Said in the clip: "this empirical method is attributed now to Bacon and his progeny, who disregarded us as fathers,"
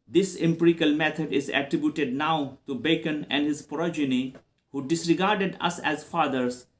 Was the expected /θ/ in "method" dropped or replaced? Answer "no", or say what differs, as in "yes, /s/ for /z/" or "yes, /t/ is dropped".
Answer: yes, /t/ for /θ/